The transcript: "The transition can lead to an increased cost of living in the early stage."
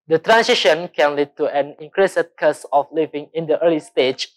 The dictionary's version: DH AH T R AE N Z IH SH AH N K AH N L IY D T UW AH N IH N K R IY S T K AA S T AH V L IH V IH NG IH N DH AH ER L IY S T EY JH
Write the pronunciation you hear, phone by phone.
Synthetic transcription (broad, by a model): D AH T R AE N S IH SH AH N K AH N L IY D T UW AH N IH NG K R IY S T K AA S AH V L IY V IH NG IH N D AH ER L IY S T EY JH